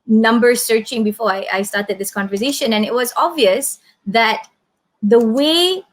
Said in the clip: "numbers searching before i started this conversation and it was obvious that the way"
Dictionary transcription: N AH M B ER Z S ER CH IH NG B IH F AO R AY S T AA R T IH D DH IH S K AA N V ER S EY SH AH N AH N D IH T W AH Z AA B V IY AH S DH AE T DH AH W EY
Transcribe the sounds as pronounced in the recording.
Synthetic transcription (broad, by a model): N AH M B ER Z S ER CH IH NG B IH F AO R AY S T AA R T IH D DH IH S K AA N V ER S EY SH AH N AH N IH T W AH Z AA B V IY AH S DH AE T DH AH W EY